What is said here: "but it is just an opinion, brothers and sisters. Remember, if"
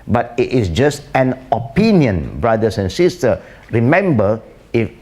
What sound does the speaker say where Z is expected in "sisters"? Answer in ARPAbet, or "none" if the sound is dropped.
none